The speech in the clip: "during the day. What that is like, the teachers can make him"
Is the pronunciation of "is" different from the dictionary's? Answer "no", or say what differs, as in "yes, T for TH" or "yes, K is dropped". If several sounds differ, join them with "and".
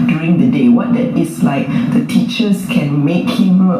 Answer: yes, S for Z